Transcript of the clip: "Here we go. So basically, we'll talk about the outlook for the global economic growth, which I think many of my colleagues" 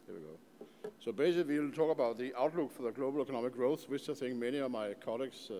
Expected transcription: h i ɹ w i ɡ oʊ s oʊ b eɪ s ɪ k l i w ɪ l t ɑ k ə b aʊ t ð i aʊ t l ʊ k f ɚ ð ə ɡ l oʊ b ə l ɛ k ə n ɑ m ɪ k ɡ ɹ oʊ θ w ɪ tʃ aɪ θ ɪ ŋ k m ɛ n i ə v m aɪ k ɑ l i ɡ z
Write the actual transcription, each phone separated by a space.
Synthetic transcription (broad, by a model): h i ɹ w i ɡ oʊ s oʊ b eɪ s ɪ k l i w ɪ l t ɑ k ə b aʊ t ð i aʊ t l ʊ k f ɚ ð ə ɡ l oʊ b ə l ɛ k ə n ɑ m ɪ k ɡ ɹ oʊ θ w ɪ s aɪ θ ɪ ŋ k m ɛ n i ə v m aɪ k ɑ l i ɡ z